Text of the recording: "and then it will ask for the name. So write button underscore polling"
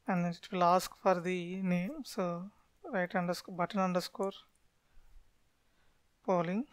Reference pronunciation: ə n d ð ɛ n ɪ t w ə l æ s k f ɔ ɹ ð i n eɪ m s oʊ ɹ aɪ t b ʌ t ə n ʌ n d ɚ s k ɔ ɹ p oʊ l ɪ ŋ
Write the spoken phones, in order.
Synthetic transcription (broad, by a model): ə n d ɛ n ɪ t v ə l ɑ s k f ɔ ɹ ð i n eɪ m s oʊ ɹ aɪ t b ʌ t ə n ʌ n d ɚ s k ɔ ɹ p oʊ l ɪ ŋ